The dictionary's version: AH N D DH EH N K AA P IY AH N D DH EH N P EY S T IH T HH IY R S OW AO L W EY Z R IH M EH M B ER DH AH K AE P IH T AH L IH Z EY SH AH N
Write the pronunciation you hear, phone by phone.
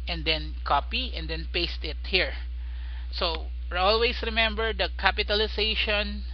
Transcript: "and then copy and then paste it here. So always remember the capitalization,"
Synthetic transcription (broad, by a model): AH N D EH N K AA P IY AH N D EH N P EY S T IH T HH IY R S OW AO L W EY S R IH M EH M B ER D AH K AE P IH T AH L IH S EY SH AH N